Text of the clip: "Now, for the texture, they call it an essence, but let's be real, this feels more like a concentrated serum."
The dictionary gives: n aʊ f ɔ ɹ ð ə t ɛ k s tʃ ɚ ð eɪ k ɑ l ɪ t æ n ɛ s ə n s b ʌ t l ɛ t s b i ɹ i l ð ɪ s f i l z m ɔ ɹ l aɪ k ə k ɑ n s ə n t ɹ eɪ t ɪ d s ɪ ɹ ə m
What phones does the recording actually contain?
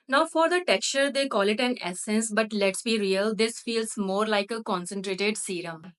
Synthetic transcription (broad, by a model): n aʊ f ɔ ɹ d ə t ɛ k s tʃ ɚ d eɪ k ɑ l ɪ t æ n ɛ s ə n s b ʌ t l ɛ t s b i ɹ i l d ɪ s f i l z m ɔ ɹ l aɪ k ə k ɑ n s ə n t ɹ eɪ t ɪ d s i ɹ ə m